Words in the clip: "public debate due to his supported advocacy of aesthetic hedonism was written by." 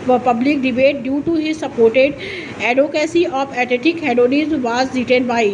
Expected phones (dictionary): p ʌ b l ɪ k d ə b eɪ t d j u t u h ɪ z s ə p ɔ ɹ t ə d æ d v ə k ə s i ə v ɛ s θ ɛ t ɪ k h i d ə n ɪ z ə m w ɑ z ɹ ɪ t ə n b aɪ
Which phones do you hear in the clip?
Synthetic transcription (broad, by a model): p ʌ b l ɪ k d ə b eɪ t d j u t u h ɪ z s ə p ɔ ɹ t ə d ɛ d ə k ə s i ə f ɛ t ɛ t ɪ k h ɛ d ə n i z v ɑ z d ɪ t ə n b aɪ